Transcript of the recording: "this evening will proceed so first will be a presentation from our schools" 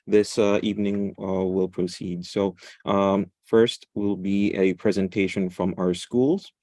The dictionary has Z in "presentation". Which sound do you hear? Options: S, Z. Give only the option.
Z